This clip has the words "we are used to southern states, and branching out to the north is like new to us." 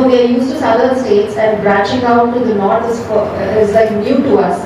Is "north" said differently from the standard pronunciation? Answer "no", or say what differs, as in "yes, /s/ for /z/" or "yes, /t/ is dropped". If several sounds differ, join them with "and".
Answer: yes, /f/ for /θ/